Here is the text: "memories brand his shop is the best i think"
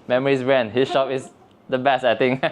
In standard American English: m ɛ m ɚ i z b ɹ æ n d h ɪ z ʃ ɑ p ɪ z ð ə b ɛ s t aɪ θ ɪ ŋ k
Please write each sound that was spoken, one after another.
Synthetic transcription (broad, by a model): m ɛ m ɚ i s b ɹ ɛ n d h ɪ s ʃ ɑ p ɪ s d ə b ɛ s t aɪ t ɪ ŋ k